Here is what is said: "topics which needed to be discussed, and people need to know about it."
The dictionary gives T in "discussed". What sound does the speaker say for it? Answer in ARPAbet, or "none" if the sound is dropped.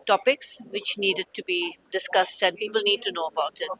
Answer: T